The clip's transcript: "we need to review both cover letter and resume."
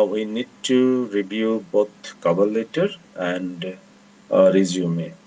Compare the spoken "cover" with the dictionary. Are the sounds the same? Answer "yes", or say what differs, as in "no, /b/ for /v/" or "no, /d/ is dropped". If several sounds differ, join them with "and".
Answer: no, /b/ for /v/